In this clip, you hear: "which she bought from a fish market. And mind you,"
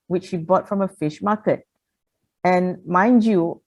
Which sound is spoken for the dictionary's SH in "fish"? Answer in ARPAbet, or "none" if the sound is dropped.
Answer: SH